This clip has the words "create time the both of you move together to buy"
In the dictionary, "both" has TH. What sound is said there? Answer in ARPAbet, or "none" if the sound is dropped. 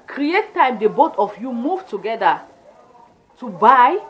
T